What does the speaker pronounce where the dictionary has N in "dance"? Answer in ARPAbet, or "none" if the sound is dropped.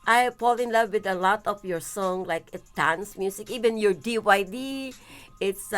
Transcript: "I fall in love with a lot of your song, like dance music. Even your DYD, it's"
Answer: N